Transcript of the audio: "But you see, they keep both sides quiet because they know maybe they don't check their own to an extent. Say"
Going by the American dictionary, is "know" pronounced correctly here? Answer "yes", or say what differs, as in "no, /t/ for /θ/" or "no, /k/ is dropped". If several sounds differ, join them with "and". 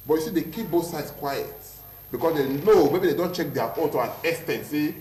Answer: no, /l/ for /n/